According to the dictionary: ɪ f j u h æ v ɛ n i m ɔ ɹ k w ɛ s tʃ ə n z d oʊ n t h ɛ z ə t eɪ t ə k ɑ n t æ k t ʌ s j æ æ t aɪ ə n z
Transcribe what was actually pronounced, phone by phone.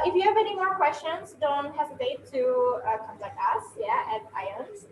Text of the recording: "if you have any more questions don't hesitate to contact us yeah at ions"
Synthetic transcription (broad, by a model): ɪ f j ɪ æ v ɛ n i m ɔ ɹ k w ɛ s tʃ ə n z d oʊ n t h ɛ z ə t eɪ t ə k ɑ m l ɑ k ʌ s j æ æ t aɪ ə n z